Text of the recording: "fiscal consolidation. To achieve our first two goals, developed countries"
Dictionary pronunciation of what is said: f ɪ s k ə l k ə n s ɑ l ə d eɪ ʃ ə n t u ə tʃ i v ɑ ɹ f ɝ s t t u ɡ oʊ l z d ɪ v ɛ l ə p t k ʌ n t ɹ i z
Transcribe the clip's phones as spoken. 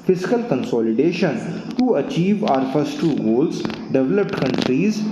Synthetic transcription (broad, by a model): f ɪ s k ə l k ə n s ɑ l ə d eɪ ʃ ə n t u ə tʃ i v ɑ ɹ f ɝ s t t u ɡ oʊ l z d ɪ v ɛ l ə p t k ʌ n t ɹ i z